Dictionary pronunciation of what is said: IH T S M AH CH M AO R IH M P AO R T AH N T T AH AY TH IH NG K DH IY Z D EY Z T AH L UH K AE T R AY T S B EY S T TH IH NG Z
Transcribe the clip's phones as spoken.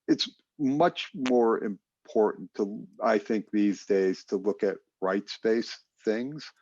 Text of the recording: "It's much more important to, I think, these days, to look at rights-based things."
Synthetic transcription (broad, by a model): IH T S M AH CH M AO R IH M P AO R T N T T AH AY TH IH NG K DH IY Z D EY Z T AH L UH K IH T R AY T S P EY S TH IH NG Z